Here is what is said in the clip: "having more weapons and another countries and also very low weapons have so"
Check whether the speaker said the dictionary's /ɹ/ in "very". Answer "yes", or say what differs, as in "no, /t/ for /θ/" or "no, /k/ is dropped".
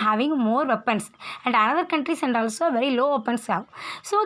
yes